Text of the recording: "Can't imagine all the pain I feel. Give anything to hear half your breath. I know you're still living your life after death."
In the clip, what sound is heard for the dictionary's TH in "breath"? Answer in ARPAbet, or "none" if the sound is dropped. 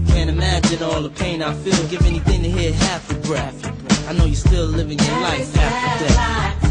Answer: F